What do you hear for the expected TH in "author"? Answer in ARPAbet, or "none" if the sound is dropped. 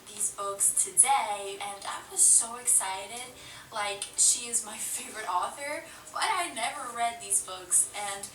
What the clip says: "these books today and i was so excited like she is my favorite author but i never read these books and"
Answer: TH